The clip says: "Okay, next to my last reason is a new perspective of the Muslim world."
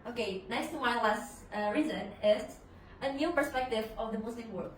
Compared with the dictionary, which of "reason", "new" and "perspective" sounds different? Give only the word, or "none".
none